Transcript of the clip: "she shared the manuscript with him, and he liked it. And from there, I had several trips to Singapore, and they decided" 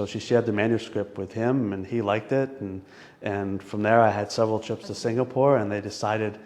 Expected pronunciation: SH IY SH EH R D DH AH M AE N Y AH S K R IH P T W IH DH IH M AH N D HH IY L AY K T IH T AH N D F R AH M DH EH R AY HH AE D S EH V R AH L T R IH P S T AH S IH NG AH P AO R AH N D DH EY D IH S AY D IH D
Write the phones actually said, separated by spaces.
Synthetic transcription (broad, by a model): SH IY SH EH R D DH AH M AE N Y AH S K R IH P T W IH DH IH M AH N IY L AY K T IH T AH N F R AH M DH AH R AY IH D S EH V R L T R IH P S T AH S IH NG AH P AO R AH N DH EY D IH S AY D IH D